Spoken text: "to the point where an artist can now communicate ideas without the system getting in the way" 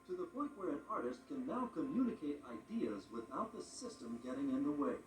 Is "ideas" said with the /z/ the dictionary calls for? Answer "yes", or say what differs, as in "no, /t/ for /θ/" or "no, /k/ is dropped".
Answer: yes